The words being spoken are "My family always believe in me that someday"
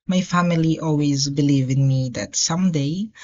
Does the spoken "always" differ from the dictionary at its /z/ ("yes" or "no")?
no